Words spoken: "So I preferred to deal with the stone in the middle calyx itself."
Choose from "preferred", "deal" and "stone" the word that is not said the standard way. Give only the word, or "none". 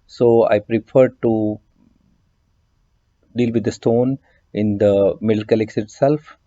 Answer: none